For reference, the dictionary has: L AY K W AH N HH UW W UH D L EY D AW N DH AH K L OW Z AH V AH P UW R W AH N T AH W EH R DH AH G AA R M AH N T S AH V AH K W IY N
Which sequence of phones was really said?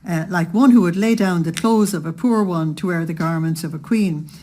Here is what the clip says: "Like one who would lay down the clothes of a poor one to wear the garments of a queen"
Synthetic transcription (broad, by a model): L AY K W AH N HH UW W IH D L EY D AW N DH AH K L OW Z AH V AH P UW R W AH N T AH W EH R DH AH G AA R M AH N T S AH V AH K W IY N